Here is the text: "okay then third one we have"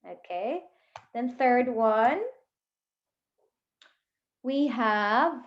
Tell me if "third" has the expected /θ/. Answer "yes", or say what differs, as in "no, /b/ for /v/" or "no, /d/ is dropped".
yes